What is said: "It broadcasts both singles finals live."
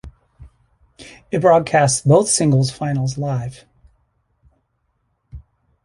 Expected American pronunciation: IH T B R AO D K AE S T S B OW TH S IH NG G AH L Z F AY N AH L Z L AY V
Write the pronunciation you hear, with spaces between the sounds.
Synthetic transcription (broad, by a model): IH T B R AO D K AE S T S B OW TH S IH NG G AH L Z F AY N L Z L AY V